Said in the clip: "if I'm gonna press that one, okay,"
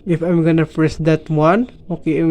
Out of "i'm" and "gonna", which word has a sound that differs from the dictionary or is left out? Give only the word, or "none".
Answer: none